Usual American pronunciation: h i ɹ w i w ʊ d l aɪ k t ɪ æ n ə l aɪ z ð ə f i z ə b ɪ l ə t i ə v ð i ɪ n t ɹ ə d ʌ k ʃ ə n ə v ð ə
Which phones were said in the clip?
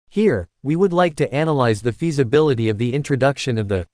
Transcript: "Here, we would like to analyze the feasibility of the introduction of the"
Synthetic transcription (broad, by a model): h i ɹ w i w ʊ d l aɪ k t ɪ æ n ə l aɪ z ð ə f i z ə b ɪ l ə t i ə v ð i ɪ n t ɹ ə d ʌ k ʃ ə n ə v ð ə